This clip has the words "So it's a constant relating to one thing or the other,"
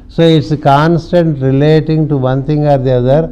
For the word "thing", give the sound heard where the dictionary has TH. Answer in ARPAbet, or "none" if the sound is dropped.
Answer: T